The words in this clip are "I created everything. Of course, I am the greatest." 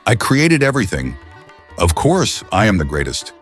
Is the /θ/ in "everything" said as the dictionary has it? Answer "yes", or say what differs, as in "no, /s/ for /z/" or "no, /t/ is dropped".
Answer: yes